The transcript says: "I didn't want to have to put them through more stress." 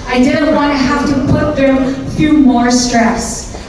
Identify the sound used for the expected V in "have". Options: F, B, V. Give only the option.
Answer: F